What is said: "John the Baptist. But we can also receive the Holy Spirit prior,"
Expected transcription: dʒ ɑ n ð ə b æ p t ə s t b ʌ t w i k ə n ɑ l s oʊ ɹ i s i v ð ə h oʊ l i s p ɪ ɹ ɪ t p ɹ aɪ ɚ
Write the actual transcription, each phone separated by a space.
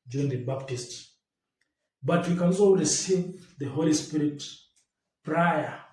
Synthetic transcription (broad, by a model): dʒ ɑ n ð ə b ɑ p t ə s t b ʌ t w i k ə n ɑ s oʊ l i s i ð ə h oʊ l i s p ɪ ɹ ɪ t p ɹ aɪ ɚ